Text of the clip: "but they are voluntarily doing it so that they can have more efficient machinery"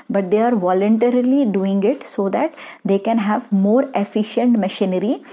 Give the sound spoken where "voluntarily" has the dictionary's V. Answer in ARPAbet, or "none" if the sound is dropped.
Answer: V